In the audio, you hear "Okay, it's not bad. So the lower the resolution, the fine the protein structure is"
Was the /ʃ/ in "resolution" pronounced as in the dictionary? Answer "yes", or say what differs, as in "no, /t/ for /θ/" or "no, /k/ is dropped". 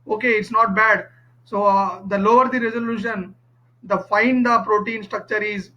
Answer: yes